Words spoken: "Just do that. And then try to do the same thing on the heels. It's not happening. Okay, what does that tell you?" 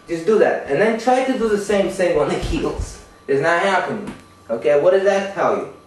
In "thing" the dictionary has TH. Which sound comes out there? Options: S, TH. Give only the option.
S